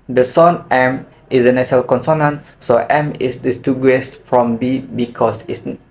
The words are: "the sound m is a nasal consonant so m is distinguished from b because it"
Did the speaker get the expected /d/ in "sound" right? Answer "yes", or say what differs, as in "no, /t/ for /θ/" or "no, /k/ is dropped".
no, /d/ is dropped